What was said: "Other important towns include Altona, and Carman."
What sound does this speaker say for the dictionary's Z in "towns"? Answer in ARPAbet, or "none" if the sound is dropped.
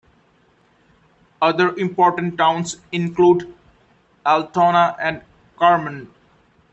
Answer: S